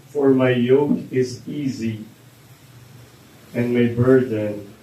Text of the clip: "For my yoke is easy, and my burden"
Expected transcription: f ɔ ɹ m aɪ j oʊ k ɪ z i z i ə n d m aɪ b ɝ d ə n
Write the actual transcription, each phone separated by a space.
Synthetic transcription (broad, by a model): f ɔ ɹ m aɪ j oʊ k ɪ z i z i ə n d m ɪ b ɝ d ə n